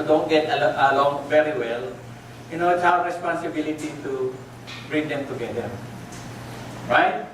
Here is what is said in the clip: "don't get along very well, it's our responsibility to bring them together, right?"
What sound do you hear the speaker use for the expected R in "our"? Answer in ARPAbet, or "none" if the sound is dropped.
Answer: W